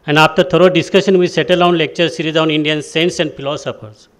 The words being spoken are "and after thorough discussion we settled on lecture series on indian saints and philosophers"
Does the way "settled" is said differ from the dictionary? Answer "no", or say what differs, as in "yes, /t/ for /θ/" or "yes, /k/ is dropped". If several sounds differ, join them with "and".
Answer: yes, /d/ is dropped